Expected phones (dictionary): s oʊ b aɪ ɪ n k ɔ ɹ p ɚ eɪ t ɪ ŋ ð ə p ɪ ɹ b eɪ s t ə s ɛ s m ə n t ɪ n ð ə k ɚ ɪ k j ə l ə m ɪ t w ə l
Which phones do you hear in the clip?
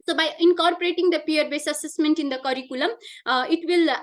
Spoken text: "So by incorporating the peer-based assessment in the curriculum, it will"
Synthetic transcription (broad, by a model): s oʊ b aɪ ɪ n k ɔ ɹ p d eɪ t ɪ ŋ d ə p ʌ ɹ b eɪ s ə s ɛ s m ə n t ɪ n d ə k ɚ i k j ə l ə m ɪ t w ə l